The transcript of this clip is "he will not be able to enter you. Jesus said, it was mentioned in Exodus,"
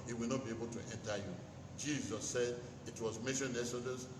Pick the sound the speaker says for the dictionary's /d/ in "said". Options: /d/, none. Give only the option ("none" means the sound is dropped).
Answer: /d/